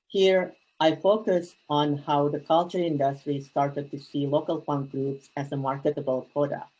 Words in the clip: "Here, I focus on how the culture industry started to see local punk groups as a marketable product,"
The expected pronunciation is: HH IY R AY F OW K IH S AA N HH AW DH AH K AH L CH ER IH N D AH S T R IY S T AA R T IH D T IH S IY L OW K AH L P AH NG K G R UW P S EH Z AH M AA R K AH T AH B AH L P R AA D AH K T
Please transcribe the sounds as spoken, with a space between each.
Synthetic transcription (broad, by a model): HH IY R AY F OW K IH S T N HH AW DH AH K AH L CH ER IH N D AH S T R IY S T AA R T IH D T IH S IY L OW K AH L F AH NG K G R UW P S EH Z AH M AA R K AH T AH B AH L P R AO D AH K